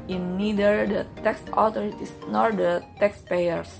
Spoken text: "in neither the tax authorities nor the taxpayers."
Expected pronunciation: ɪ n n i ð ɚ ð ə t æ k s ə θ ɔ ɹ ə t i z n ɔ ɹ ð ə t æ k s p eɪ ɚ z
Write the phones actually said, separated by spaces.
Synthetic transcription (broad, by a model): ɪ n n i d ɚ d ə t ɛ k s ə t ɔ ɹ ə t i s n ɔ ɹ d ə t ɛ k s p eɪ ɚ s